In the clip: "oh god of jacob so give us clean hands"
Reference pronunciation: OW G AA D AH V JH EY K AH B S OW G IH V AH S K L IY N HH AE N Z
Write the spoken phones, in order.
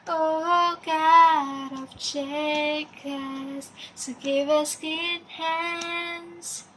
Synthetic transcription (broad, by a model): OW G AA D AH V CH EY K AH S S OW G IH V AH S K IY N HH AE N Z